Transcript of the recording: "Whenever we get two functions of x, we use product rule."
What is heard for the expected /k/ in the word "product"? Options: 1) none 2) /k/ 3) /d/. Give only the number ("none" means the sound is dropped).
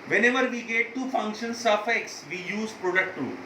2